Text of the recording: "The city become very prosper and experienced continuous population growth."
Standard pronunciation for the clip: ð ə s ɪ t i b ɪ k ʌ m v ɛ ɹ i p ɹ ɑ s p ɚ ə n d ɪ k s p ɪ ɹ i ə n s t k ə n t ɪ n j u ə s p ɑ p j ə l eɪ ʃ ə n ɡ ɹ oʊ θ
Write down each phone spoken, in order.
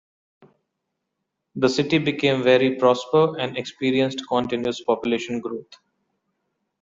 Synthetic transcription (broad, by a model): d ə s ɪ t i b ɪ k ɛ m v ɛ ɹ i p ɹ ɑ s p ɚ ə n d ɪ k s p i ɹ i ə n s t k ə n t ɪ n j u ə s p ɑ p j ə l eɪ ʃ ə n ɡ ɹ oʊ t